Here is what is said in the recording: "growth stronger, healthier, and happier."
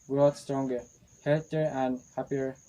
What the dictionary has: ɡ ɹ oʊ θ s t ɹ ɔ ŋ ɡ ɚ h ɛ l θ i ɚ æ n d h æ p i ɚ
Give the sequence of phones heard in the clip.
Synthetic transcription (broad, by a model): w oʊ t s t ɹ ɔ ŋ ɡ ɚ h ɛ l t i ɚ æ n d h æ p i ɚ